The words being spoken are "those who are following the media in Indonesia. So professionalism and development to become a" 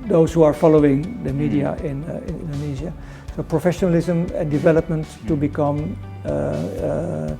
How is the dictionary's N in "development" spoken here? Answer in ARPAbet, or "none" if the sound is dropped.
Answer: N